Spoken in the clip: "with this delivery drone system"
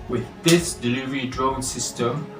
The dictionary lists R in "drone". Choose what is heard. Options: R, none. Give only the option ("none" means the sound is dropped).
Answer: R